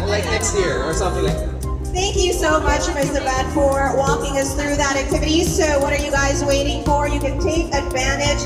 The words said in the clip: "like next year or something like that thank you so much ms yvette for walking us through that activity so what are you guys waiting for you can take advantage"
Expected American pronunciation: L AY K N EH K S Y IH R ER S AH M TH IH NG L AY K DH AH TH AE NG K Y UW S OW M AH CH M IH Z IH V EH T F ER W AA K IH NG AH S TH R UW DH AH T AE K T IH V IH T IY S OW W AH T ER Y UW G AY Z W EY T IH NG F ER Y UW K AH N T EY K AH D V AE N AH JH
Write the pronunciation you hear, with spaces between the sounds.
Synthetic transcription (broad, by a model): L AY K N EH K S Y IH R ER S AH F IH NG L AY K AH TH AE NG K Y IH S OW M AH CH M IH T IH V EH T F ER W AA K IH NG AH S TH R UW DH AH T AE K T IH V IH T IY S OW W AH T ER Y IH G AY Z W EY T IH NG F ER Y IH K AH N T EY K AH D V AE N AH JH